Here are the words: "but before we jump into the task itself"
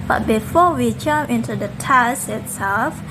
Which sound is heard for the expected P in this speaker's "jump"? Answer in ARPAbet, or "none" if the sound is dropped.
none